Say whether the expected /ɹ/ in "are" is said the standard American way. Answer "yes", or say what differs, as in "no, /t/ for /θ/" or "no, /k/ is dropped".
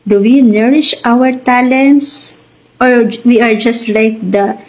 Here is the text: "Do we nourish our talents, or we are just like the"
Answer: yes